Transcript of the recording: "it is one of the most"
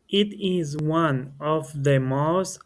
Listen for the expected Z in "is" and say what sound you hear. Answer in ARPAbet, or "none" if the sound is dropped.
Z